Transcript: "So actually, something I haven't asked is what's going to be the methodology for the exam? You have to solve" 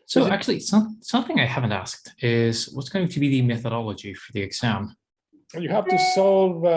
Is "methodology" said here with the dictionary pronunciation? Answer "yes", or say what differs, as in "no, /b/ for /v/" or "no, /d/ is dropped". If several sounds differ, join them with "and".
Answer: yes